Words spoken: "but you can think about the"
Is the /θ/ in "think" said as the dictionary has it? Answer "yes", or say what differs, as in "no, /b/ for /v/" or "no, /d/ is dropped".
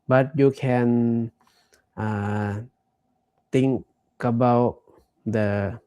no, /t/ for /θ/